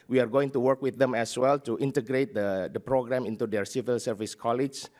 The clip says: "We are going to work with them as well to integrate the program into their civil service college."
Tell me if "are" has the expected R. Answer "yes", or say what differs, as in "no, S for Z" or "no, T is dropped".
yes